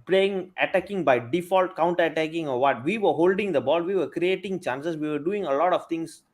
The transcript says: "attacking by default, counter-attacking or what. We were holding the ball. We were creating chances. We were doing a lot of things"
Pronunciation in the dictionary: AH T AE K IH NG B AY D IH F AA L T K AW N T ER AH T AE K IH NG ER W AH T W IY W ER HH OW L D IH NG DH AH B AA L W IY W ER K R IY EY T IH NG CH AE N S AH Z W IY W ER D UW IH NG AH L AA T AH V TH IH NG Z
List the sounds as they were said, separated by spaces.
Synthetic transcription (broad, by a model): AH T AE K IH NG B AY D IH F AA L T K AW N T ER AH T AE K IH NG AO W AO T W IY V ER HH OW L D IH NG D AH B AA L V IY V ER K R IY EY T IH NG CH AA N S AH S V IY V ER D UW IH NG AH L AA T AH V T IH NG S